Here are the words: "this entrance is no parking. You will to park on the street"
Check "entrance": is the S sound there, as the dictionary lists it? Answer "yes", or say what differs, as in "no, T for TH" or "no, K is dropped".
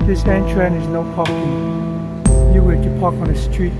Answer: no, S is dropped